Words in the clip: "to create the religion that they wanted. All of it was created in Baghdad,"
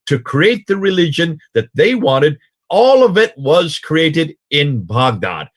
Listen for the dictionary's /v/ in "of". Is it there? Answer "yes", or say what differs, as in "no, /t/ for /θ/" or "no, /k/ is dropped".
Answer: yes